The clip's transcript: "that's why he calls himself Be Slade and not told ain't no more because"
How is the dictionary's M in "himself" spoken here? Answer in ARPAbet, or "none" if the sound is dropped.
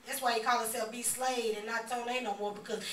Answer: none